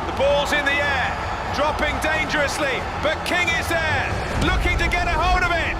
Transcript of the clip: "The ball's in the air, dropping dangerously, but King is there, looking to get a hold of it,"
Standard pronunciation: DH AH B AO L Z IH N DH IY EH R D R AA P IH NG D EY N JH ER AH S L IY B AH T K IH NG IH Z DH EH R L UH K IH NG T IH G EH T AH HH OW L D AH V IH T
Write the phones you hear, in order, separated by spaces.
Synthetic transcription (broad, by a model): DH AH B AO L Z IH N DH IY EH R D R AA P IH NG D EY N JH ER AH S L IY B AH T K IH NG IH Z DH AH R L UH K IH NG T IH G EH T AH HH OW D AH V IH T